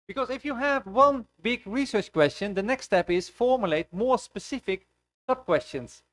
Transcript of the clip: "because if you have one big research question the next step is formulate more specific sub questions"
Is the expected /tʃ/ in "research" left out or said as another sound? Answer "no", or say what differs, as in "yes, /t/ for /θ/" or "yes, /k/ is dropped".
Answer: no